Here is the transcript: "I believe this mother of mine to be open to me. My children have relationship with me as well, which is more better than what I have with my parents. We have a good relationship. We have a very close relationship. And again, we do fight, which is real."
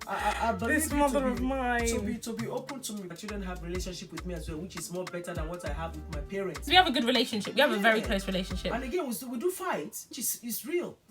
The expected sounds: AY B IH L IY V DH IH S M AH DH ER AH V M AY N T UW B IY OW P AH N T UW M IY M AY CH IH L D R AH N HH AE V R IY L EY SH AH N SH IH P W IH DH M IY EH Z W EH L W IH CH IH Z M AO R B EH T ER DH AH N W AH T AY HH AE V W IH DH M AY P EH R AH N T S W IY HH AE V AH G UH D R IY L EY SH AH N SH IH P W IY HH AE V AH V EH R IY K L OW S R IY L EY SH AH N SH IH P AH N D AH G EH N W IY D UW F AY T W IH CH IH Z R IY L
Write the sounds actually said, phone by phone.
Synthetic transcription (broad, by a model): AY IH AA B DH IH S M AH DH ER AH V M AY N T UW B IY OW P AH N T UW M IY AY CH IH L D R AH N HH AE V R IY L EY SH AH N SH IH P W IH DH M IY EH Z W EH L W IH CH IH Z M AO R B EH T ER DH AH N W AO T AY HH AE V W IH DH M AY P EH R AH N T S W IY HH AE V AH G UH D R IY L EY SH AH N SH IH P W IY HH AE V AH V EH R IY K L OW S R IY L EY SH AH N SH IH P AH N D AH G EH N W IY D UW F AY T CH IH S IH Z R IY L